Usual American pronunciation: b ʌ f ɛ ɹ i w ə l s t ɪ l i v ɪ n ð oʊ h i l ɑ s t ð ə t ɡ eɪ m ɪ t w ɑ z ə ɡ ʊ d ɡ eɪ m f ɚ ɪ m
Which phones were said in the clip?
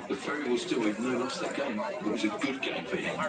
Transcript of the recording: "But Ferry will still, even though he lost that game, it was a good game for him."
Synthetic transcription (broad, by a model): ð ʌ f ɛ ɹ i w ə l s t ɪ l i ɪ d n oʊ l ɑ s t ð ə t ɡ eɪ m ɪ t w ɑ z ə ɡ ʊ d ɡ eɪ m f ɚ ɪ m